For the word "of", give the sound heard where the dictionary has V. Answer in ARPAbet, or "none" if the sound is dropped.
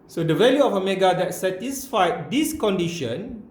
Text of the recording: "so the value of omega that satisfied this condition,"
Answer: F